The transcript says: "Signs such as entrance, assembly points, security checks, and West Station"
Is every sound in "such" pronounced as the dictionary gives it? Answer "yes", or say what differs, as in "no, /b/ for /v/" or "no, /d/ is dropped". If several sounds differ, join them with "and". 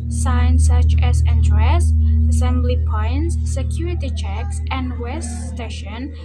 yes